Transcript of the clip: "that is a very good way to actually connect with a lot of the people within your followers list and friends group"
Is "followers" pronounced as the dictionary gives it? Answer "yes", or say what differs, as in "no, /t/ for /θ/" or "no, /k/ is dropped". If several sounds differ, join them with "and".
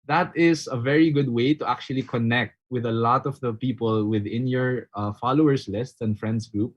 no, /s/ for /z/